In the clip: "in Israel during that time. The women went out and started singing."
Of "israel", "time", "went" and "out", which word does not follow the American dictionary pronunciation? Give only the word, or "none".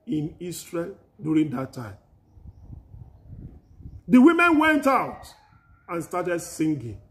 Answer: israel